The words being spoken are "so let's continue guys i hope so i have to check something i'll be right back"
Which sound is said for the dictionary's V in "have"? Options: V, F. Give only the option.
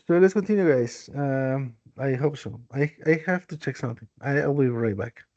F